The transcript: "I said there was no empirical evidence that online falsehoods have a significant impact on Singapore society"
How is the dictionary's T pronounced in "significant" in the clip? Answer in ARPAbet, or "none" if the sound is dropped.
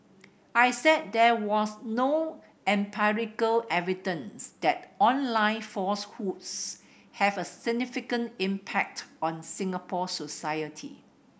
T